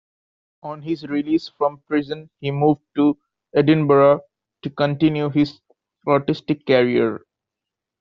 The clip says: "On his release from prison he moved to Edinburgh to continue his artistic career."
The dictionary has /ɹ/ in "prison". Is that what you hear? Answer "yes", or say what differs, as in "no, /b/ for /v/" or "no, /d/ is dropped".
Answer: yes